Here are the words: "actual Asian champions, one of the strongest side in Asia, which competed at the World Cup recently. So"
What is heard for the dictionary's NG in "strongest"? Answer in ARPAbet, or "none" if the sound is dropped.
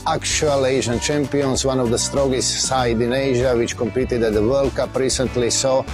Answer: none